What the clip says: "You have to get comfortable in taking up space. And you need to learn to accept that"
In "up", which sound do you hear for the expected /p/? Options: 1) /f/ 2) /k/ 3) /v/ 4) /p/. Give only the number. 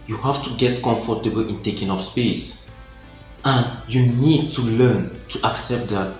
1